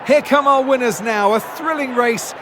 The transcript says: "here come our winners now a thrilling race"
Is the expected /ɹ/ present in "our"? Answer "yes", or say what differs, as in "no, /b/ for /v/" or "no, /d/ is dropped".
no, /l/ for /ɹ/